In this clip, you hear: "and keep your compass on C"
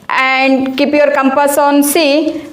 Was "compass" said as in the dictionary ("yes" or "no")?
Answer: yes